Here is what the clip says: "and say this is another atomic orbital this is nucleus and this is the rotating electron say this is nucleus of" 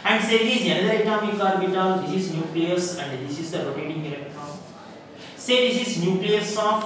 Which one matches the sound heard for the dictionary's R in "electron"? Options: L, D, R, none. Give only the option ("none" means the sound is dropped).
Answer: none